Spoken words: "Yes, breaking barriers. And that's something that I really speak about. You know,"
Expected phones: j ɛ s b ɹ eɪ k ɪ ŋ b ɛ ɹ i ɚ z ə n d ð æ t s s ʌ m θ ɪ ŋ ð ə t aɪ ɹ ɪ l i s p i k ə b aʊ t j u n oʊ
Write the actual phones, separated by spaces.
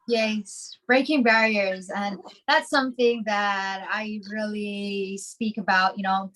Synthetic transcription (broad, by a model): j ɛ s b ɹ eɪ k ɪ ŋ b ɛ ɹ i ɚ z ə n ð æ t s s ʌ m θ ɪ ŋ ð ə t aɪ ɹ ɪ l i s p i k ə b aʊ t j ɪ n oʊ